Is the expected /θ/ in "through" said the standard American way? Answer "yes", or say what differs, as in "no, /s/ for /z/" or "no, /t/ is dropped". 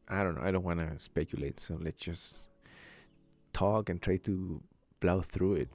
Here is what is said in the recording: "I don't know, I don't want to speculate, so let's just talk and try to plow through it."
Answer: yes